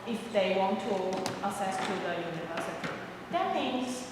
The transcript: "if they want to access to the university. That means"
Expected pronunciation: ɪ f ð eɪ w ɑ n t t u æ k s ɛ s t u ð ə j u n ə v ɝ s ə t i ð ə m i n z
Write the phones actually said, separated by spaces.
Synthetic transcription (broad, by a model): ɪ f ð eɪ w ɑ n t t u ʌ s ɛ s t u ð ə j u n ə v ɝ s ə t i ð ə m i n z